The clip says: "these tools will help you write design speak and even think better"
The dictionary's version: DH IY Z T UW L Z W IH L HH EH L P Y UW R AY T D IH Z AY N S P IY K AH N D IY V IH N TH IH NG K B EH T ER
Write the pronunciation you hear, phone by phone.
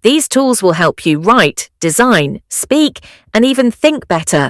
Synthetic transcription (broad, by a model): DH IY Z T UW L Z W IH L HH EH L P Y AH R AY T D IH Z AY N S P IY K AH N IY V IH N TH IH NG K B EH T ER